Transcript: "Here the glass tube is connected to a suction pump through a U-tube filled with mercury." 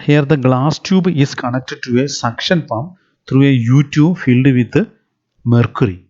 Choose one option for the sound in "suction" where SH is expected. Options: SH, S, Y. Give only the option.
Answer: SH